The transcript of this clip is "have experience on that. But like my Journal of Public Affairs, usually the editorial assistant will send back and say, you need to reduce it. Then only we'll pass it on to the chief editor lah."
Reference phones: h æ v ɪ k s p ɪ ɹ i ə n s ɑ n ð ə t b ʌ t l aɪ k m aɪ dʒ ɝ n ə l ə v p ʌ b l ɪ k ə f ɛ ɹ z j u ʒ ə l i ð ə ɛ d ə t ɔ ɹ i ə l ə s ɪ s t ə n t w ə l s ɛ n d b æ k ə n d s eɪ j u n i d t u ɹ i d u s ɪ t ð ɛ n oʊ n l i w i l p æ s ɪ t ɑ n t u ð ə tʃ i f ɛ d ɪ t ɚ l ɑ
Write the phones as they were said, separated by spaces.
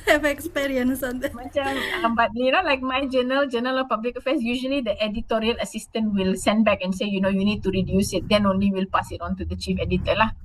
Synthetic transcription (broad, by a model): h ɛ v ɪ k s p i ɹ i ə n s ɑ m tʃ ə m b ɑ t l aɪ k m aɪ dʒ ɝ n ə l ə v p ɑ b l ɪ k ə f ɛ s j u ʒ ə l i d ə ɛ d ə t ɔ ɹ i ə l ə s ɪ s t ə n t w ə l s ɛ n d b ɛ k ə n s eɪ j u n i d t u ɹ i d u s ɪ t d ɛ n oʊ n l i w i l p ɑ s ɪ t ɑ n t u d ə tʃ i f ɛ d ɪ t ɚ l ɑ